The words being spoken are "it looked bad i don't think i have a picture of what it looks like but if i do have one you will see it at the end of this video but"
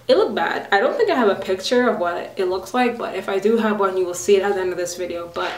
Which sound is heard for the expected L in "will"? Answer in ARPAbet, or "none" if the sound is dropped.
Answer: L